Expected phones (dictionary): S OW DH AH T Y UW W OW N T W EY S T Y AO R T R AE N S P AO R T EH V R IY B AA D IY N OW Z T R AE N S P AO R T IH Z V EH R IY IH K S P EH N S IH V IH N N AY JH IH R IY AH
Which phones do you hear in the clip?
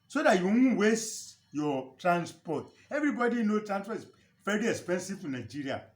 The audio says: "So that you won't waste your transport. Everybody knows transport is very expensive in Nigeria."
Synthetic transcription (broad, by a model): S OW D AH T Y UW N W EY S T Y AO T R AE N S P AO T EH V R IY B AA D IY N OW T R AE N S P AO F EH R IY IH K S P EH N S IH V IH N N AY JH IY R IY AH